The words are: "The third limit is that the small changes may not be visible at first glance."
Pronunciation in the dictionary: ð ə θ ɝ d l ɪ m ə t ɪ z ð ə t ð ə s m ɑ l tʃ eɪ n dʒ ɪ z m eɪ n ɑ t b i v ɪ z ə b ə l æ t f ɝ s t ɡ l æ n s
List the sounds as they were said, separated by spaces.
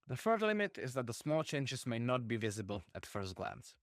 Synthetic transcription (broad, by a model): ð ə f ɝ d l ɪ m ə t ɪ z ð ə t ð ə s m ɑ l tʃ eɪ n dʒ ɪ z m eɪ n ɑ t b i v ɪ z ə b ə l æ t f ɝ s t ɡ l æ n s